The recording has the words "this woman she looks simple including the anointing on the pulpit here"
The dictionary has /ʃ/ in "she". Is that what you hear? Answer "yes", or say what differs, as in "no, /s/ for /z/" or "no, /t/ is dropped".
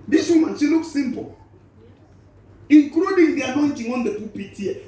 no, /s/ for /ʃ/